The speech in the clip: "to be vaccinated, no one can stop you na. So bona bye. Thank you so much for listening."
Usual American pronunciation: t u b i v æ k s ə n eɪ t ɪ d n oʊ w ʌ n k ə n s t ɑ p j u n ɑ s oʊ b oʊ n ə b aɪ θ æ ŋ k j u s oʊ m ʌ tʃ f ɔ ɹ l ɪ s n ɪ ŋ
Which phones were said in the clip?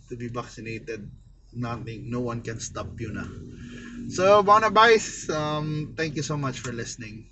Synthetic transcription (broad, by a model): t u b i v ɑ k s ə n eɪ t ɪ d n oʊ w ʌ n k ə n s t ɑ p j u n ɑ s oʊ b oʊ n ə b aɪ t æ ŋ k j u s oʊ m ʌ tʃ f ɔ ɹ l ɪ s n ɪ ŋ